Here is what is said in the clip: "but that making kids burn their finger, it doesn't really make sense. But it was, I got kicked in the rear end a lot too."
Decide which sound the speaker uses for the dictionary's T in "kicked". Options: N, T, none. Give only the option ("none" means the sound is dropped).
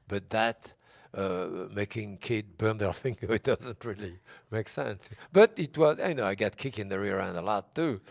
none